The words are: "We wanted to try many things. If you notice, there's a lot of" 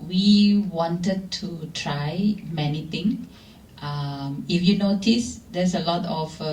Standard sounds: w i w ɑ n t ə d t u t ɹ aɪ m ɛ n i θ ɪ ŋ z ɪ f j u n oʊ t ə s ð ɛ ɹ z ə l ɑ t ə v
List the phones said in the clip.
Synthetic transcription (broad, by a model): w i w ɑ n t ə d t u t ɹ aɪ m ɛ n i t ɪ ŋ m ɪ f j u n oʊ t ə s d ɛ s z ə l ɑ t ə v